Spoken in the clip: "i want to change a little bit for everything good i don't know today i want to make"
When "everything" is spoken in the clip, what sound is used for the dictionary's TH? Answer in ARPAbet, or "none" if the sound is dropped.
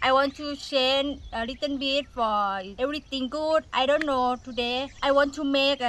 T